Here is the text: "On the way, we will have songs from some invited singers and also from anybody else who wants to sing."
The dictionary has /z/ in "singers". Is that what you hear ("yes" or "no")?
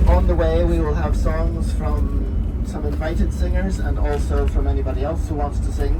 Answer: yes